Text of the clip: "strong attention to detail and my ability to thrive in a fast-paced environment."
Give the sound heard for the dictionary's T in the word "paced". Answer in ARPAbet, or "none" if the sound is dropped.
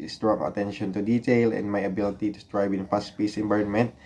none